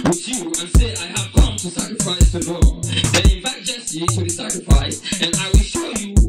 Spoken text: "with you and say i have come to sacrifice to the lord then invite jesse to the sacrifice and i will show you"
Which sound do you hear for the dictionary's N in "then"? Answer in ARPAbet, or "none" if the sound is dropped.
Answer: none